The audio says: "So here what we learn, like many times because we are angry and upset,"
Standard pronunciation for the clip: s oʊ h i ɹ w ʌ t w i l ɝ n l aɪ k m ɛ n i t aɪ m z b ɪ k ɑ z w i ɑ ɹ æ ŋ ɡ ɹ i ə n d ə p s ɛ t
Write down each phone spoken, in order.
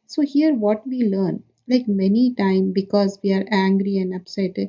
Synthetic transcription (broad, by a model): s oʊ h i ɹ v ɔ t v i l ɝ n l aɪ k m ɛ n i t aɪ m b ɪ k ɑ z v i ɑ ɹ æ ŋ ɡ ɹ i ə n d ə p s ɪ t